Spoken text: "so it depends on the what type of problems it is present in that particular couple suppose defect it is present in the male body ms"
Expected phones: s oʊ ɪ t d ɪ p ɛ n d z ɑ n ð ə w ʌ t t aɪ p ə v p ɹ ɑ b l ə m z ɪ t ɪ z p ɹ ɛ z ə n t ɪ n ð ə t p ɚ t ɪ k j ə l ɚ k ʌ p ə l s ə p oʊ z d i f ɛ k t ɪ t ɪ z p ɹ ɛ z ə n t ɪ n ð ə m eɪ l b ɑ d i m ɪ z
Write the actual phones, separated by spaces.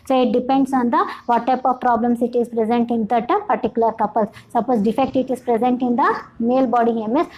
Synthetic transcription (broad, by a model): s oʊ ɪ t d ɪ p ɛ n d s ɑ n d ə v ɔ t t aɪ p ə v p ɹ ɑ b l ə m s ɪ t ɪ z p ɹ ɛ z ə n t ɪ n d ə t p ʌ t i k j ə l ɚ k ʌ p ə l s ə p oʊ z d i f ɛ k t ɪ t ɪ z p ɹ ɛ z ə n t ɪ n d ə m eɪ l b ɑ d i m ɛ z